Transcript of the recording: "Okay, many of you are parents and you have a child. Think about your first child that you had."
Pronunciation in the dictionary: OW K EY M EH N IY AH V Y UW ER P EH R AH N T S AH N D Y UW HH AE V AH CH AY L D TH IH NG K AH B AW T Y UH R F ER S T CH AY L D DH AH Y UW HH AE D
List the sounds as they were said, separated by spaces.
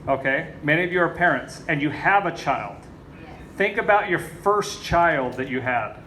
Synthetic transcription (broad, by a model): OW K EY M EH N IY AH V Y UW ER P EH R AH N T S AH N Y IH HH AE V AH CH AY L D TH IH NG K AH B AW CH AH R F ER S CH AY L D DH AH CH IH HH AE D